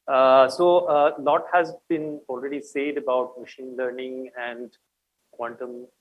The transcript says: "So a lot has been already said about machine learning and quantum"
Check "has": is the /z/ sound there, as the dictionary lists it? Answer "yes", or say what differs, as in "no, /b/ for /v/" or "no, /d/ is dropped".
yes